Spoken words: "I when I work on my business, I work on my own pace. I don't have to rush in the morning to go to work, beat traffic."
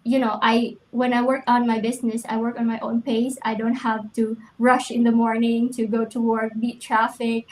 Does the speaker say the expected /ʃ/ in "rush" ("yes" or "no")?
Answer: yes